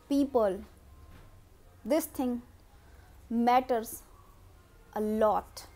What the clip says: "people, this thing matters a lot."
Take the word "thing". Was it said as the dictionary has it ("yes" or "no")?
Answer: no